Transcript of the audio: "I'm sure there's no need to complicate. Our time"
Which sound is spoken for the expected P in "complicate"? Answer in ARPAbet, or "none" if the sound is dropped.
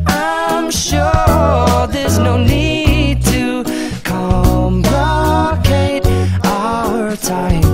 B